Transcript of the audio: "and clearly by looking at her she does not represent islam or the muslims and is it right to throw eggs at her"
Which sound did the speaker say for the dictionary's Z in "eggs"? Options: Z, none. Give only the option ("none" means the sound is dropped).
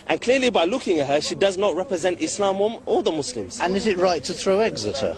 Z